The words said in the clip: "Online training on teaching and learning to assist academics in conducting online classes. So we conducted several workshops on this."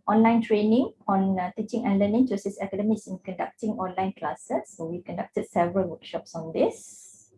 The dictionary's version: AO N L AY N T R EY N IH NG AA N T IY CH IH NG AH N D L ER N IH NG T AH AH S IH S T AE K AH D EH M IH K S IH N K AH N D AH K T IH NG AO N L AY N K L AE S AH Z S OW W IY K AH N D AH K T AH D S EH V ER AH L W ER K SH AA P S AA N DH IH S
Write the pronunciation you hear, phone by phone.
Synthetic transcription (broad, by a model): AO N L AY N T R EY N IH NG AA N T IY CH IH NG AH N L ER N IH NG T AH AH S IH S EH K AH D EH M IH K S IH N K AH N D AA K T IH NG AO N L AY N K L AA S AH S OW W IY K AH N D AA K T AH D S EH V ER AH L W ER K SH AA P S AA N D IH S